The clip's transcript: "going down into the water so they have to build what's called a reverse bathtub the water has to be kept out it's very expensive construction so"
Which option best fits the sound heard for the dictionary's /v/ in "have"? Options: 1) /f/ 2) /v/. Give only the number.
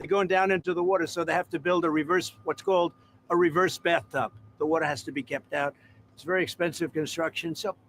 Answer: 1